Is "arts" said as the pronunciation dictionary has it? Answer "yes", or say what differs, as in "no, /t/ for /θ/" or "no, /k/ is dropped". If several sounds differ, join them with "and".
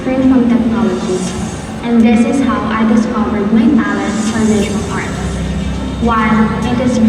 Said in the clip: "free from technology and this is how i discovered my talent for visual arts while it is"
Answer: no, /s/ is dropped